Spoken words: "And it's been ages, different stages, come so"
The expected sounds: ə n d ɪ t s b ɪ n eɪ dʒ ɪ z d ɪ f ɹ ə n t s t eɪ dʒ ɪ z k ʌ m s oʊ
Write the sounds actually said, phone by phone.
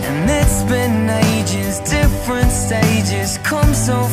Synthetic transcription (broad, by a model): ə n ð ɪ t s b ɪ n eɪ dʒ ɪ z d ɪ f ɹ ə n t s t eɪ dʒ ɪ z k ʌ m s oʊ